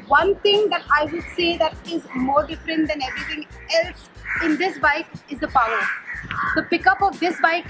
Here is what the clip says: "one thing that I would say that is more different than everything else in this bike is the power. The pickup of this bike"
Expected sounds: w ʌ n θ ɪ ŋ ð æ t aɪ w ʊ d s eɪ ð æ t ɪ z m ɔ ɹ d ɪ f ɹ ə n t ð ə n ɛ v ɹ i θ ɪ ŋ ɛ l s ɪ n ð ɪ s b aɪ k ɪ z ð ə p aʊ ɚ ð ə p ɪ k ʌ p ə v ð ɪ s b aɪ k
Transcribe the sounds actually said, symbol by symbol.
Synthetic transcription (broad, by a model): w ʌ n t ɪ ŋ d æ t aɪ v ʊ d s eɪ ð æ t ɪ z m ɔ ɹ d ɪ f ɹ ə n t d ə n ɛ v ɹ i t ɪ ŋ ɛ l s ɪ n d ɪ s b aɪ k ɪ z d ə p aʊ ɚ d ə p ɪ k ʌ p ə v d ɪ s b aɪ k